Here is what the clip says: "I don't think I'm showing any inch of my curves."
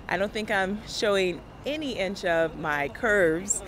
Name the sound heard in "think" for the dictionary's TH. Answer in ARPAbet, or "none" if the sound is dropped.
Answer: TH